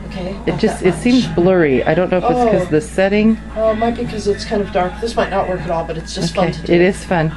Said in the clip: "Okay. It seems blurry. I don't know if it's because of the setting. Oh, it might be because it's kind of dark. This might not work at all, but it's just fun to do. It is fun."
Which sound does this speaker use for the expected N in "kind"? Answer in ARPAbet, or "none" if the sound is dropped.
N